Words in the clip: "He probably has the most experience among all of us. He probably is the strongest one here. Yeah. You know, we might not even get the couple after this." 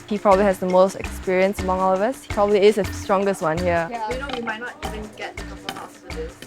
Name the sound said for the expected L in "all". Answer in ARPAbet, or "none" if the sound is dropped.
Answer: L